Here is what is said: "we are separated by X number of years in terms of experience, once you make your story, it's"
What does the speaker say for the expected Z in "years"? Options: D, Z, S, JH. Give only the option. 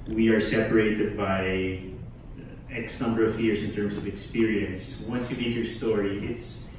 S